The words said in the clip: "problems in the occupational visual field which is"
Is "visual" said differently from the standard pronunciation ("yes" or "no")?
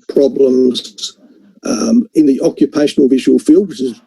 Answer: no